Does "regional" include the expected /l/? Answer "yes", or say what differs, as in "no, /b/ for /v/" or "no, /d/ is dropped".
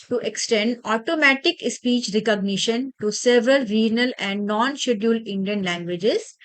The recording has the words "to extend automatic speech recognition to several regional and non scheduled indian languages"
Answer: yes